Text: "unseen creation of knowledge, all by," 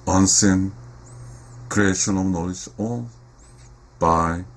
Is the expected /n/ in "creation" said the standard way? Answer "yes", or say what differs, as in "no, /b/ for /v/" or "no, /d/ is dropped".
yes